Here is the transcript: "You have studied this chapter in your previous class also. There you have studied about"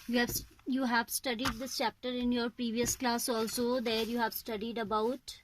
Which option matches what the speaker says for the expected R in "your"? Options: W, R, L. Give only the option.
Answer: R